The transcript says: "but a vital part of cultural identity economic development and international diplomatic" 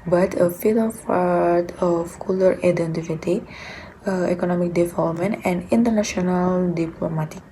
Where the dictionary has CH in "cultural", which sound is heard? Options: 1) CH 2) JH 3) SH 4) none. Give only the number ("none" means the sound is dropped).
4